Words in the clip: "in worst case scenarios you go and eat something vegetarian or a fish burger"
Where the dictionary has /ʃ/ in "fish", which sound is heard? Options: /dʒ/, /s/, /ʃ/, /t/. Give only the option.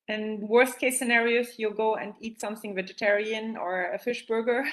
/ʃ/